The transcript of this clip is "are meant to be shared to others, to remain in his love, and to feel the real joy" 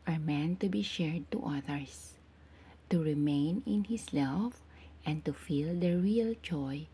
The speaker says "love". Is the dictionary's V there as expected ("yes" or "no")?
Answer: no